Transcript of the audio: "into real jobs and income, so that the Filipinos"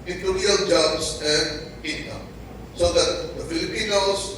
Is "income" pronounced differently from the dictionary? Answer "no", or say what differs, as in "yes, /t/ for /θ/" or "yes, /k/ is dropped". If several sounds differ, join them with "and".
yes, /k/ is dropped